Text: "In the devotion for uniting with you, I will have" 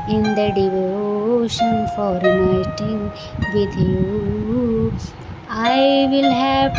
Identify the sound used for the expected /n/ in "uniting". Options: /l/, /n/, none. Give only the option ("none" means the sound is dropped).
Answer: none